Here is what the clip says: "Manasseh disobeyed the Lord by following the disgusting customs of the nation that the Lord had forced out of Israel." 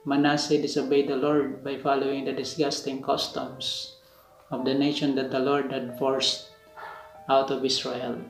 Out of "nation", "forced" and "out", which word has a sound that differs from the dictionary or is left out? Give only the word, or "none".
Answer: none